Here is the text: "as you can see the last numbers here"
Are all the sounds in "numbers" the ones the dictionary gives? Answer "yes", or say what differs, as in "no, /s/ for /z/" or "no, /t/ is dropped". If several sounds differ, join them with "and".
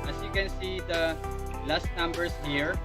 no, /s/ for /z/